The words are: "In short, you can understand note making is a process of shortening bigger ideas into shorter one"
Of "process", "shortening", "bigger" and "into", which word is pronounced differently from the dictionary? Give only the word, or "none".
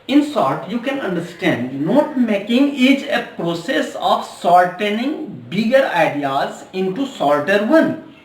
shortening